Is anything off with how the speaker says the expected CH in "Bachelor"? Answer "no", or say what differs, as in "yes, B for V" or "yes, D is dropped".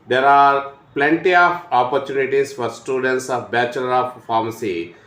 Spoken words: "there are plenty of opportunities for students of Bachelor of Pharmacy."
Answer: no